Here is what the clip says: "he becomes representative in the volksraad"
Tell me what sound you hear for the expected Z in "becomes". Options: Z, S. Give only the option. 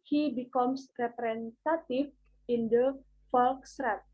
S